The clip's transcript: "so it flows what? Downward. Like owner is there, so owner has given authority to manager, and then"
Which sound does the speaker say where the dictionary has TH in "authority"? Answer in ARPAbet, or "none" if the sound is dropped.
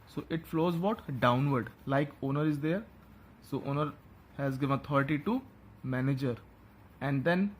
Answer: T